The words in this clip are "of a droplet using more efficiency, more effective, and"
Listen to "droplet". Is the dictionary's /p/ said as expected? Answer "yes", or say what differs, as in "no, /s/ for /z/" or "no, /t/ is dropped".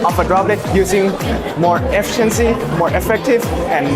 no, /b/ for /p/